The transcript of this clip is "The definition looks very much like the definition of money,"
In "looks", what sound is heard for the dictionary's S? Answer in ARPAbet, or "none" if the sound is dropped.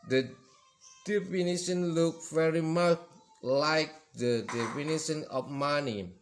none